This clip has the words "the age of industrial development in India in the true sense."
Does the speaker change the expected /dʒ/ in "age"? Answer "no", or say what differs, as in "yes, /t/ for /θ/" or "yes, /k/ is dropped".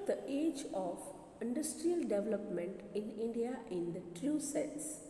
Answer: no